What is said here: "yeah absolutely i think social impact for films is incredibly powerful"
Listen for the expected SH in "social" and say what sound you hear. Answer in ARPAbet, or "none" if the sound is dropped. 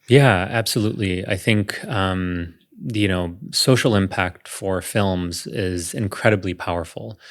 S